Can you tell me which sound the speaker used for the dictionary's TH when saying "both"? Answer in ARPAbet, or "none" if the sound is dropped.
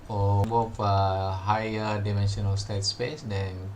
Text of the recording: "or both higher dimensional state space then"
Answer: F